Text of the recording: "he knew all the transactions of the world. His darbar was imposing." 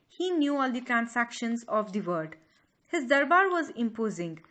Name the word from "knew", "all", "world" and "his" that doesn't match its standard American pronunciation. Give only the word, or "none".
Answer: world